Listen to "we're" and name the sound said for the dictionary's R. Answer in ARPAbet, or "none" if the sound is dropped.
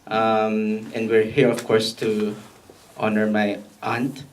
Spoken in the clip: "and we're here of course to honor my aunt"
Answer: R